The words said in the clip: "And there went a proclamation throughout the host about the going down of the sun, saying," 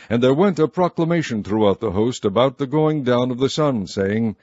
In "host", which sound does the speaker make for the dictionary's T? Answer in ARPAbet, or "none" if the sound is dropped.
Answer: T